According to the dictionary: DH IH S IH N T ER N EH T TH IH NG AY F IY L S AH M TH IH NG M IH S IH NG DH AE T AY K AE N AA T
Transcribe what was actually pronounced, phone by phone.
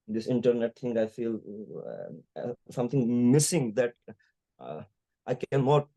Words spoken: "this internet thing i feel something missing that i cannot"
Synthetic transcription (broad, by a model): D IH S IH N T ER N EH T T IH NG AY F IY L S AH M T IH NG M IH S IH NG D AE T AY K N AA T